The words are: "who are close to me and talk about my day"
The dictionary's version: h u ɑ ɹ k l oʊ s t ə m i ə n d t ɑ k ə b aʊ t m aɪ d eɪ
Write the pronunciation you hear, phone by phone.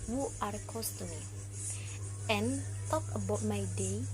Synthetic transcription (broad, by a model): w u ɑ ɹ k oʊ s t ə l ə n t ɑ k ə b aʊ t m aɪ d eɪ